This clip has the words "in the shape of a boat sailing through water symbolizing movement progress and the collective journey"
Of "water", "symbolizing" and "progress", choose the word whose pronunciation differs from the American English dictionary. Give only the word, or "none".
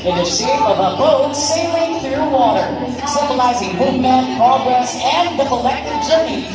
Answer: none